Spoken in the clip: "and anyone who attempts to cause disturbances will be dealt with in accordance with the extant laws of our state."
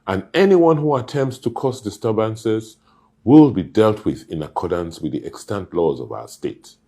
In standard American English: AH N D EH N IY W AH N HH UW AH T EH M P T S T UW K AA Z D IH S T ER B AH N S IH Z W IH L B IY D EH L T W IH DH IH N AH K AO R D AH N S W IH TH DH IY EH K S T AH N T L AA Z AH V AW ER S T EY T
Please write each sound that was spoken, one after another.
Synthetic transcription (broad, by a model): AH N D EH N IY W AH N HH UW AH T EH M P T S T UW K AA S D IH S T ER B AH N S IH Z W IH L B IY D EH L T W IH DH IH N AH K AO R D AH N S W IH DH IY EH K S T AH N T L AA Z AH V AW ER S T EY T